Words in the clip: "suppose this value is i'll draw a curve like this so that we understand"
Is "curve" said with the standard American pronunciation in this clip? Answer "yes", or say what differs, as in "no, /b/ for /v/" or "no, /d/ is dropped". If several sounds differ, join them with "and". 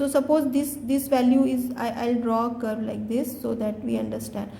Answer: no, /b/ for /v/